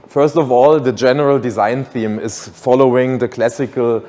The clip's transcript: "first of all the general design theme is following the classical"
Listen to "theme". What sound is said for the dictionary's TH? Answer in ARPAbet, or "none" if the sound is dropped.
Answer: TH